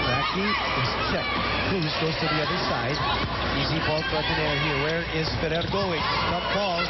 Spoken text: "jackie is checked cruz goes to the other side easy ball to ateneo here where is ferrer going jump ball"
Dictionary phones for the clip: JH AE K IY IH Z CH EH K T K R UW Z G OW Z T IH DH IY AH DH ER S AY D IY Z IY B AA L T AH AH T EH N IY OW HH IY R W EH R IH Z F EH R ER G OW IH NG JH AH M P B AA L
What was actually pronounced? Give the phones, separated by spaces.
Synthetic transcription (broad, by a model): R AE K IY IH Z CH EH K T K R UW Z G OW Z T IH DH IY AH DH ER S AY D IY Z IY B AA L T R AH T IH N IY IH HH IY R W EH R IH Z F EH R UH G OW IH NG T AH P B AA L